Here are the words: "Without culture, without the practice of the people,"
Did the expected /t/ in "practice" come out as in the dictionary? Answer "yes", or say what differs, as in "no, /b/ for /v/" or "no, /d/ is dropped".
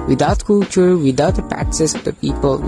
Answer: no, /s/ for /t/